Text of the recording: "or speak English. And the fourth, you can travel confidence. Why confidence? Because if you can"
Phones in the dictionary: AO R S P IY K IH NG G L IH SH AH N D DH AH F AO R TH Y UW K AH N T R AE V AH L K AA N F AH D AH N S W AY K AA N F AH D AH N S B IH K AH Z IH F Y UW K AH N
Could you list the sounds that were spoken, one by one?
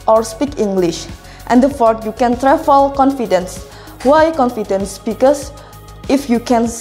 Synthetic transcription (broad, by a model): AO R S P IY K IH NG G L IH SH AH N D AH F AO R Y UW K AH N T R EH F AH L K AA N F AH D AH N S W AY K AA N F AH D AH N S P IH K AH S IH F Y UW K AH N